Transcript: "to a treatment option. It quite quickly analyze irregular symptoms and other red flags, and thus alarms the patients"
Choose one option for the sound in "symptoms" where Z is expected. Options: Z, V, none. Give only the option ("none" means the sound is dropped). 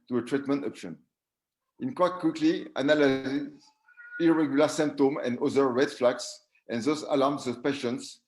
none